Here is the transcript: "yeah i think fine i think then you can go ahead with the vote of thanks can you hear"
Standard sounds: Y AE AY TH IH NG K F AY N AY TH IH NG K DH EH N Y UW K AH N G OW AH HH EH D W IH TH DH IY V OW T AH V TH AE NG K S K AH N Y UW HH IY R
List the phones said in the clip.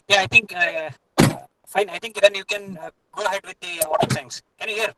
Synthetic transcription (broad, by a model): Y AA AY T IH NG K F AY N AY T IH NG K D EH N Y UW K AH N G OW AH HH EH D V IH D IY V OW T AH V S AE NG S K AH N Y UW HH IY R